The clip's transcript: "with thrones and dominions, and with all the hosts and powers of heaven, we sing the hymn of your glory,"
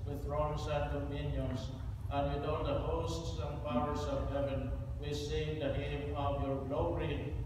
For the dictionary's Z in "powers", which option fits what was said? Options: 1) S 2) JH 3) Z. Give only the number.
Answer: 1